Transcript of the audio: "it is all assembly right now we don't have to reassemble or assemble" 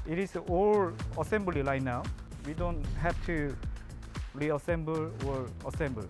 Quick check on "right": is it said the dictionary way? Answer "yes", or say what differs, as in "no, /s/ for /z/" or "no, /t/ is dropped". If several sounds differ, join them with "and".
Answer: no, /l/ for /ɹ/